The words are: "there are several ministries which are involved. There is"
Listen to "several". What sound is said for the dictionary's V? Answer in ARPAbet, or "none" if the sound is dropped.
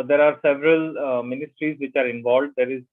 V